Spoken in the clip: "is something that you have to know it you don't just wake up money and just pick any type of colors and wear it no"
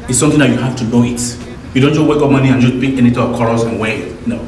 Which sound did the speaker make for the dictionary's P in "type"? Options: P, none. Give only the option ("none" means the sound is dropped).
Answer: none